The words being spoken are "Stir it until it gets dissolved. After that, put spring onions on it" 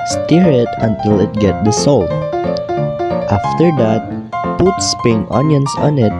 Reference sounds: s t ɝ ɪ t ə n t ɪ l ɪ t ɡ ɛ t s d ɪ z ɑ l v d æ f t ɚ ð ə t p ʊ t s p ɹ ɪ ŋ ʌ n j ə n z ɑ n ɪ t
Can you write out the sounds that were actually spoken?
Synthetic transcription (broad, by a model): s t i ɪ t ə n t ɪ l ɪ t ɡ ɛ t d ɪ s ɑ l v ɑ f t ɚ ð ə t p ʊ t s p ɪ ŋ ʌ n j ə n s ɑ n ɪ t